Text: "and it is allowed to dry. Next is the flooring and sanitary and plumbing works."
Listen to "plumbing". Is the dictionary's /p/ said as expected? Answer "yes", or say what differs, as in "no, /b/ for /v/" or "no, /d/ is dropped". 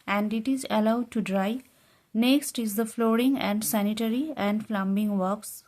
no, /f/ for /p/